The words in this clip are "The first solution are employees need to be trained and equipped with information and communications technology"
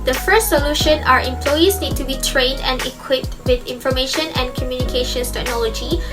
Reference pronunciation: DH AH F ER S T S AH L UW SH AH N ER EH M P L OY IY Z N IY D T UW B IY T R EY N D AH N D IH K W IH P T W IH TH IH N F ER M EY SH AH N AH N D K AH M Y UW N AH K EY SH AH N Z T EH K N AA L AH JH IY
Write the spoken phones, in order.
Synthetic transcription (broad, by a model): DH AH F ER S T S AH L UW SH AH N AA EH M P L OY IY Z N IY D T UW B IY T R EY N D AH N D IH K W IH P T W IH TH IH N F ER M EY SH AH N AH N K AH M Y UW N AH K EY SH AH N S T EH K N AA L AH JH IY